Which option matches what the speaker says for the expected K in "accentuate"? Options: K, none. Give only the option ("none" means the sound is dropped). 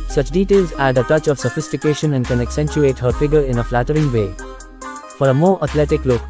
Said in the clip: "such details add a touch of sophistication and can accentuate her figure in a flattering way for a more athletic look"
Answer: K